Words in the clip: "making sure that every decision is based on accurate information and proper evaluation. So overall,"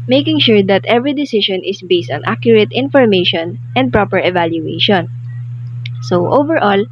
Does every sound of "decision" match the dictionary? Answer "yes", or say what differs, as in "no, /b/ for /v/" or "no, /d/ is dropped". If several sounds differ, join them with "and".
no, /ʃ/ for /ʒ/